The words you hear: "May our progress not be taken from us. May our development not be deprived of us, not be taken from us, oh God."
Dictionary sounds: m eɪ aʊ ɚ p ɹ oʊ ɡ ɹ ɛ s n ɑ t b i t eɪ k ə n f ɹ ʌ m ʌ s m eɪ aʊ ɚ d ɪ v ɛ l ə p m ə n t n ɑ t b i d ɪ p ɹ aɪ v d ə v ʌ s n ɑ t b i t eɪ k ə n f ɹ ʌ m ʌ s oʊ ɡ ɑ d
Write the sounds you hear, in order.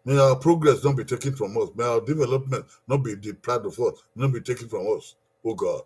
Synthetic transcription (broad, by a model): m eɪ aʊ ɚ p ɹ oʊ ɡ ɹ ɛ s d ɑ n b i t eɪ k ə n f ɹ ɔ m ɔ s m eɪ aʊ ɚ d ɪ v ɛ l ə p m ə n t n ɑ t b i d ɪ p l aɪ d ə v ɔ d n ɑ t b i t eɪ k ə n f ɹ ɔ m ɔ s oʊ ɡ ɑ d